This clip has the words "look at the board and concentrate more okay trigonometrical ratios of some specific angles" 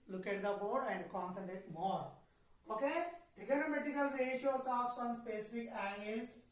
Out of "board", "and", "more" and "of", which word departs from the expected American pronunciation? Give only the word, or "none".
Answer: of